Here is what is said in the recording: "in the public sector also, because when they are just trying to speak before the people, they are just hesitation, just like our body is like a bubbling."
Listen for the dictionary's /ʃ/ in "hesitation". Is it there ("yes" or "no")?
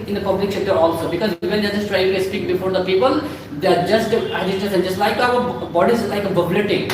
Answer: no